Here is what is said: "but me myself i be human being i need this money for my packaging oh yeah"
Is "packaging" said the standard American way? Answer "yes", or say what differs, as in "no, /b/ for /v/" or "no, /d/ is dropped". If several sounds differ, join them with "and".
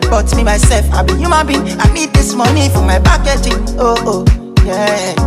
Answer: no, /b/ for /p/